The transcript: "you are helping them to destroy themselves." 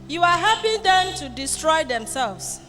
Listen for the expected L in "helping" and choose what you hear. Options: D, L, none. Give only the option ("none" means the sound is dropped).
none